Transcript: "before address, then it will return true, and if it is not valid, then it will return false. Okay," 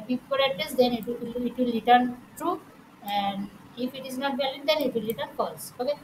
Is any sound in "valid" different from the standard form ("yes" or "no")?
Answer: yes